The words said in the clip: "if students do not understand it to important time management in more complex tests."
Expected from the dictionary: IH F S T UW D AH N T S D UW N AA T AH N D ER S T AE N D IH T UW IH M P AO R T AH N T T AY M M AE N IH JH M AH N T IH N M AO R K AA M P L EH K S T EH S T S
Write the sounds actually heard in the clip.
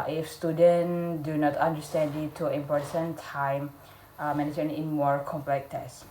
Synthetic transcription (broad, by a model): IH F S T UW D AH N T D UW N AA T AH N D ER S T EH N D IH T UW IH M P AO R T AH N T T AY M M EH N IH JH AH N IH N M AO R K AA M P L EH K T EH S S